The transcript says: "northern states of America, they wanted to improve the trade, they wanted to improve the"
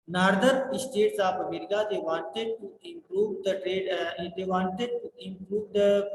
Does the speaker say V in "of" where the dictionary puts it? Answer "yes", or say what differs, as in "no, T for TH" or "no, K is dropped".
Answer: no, P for V